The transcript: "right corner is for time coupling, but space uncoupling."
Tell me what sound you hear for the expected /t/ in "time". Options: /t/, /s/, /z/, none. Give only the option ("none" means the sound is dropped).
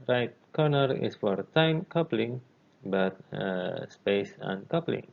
/t/